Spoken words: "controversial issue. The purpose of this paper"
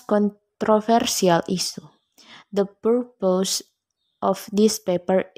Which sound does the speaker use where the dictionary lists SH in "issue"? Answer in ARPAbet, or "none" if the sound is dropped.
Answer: S